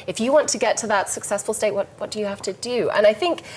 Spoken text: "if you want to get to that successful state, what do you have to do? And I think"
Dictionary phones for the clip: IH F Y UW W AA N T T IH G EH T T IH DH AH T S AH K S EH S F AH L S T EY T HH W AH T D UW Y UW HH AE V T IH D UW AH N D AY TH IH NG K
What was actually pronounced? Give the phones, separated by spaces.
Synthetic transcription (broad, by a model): IH F Y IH W AA N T T IH G EH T T IH DH AH T S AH K S EH S F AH L S T EY T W W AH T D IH Y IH HH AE F T IH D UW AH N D AY TH IH NG K